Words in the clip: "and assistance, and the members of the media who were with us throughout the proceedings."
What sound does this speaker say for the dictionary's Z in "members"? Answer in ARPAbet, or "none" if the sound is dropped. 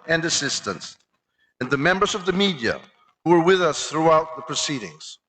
Z